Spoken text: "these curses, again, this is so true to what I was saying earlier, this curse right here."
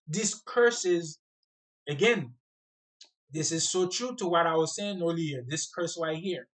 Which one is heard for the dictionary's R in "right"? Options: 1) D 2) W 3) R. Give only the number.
2